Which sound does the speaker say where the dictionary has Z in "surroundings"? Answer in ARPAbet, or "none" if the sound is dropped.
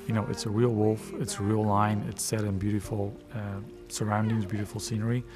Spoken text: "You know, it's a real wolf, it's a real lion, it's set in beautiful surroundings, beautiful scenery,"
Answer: Z